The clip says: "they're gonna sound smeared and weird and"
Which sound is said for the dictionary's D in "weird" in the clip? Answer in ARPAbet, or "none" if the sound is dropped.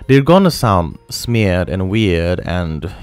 D